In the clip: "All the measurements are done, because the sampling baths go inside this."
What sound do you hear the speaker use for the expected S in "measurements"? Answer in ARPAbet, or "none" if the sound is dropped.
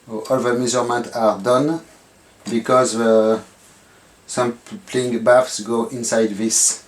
none